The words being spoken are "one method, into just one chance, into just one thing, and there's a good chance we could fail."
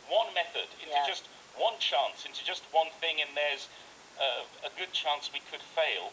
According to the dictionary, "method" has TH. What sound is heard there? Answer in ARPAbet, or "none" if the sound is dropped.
TH